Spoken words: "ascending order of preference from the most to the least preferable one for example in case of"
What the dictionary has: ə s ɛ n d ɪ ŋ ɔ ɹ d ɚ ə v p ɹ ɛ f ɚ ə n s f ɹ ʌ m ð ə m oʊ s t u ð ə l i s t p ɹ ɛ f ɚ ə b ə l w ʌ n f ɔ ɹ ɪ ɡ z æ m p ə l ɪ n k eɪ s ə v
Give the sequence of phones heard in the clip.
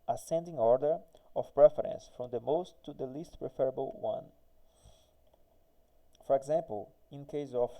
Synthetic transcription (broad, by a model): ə s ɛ n d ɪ ŋ ɔ ɹ d ɚ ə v p ɹ ɛ f ɚ ə n s f ɹ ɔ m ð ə m oʊ s t u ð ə l i s t p ɹ ɛ f ɚ ə b ə l w ʌ n f ɔ ɹ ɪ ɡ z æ m p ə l ɪ n k eɪ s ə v